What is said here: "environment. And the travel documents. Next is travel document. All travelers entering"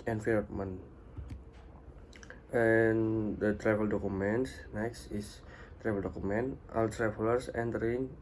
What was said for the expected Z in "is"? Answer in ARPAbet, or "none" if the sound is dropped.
S